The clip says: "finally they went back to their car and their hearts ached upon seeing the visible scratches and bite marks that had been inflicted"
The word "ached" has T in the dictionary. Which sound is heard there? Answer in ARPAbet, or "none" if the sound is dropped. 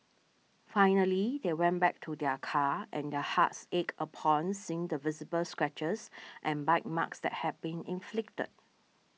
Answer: none